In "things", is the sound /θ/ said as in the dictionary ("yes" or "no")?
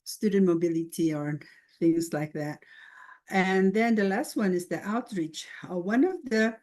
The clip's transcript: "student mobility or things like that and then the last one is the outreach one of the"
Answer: yes